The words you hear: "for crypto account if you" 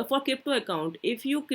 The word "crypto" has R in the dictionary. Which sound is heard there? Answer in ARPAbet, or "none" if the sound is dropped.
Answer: none